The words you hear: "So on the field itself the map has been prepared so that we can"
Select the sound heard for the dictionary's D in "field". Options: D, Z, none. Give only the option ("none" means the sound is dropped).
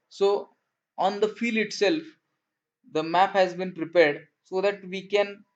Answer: none